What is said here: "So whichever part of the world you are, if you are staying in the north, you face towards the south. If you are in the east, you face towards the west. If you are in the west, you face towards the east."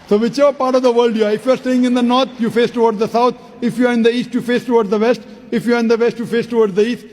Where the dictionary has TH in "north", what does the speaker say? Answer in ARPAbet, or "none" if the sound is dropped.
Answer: T